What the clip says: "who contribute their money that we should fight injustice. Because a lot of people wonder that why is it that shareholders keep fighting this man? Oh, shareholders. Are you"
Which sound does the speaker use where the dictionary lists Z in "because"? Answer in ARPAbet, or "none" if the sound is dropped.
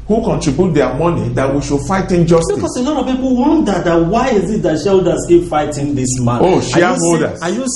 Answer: S